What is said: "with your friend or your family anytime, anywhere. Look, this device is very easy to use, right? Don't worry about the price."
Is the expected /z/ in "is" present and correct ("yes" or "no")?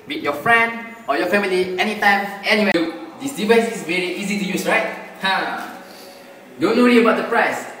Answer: no